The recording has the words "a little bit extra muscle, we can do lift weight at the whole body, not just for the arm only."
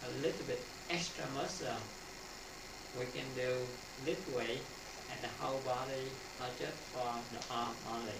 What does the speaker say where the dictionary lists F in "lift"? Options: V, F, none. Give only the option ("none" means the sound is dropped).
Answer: none